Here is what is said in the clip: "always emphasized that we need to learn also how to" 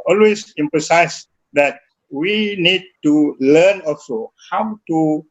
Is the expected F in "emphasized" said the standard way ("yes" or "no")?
no